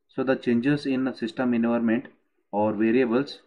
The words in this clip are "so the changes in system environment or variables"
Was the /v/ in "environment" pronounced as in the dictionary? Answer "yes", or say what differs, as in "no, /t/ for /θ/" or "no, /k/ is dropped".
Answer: no, /v/ is dropped